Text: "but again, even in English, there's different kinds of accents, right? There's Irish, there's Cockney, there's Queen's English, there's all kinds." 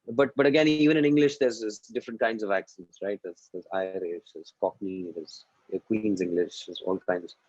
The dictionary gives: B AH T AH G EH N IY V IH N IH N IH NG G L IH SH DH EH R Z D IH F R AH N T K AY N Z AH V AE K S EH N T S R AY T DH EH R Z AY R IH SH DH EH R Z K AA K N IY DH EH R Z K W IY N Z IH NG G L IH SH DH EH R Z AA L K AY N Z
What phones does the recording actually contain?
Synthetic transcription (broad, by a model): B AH T AH G EH N IY V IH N IH N IH NG G L IH SH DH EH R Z D IH F R AH N T K AY N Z AH V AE K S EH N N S R AY T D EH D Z AY R IH SH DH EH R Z K AA K N IY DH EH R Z K W IY N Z IH NG G L IH SH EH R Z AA L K AY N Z